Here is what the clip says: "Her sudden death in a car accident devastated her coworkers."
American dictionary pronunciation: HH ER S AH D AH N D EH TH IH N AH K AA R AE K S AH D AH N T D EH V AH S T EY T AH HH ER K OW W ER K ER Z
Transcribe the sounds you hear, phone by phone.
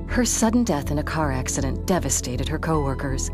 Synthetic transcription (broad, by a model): HH ER S AH D N D EH TH IH N AH K AA R AE K S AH D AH N D EH V AH S T EY T AH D ER K OW W ER K ER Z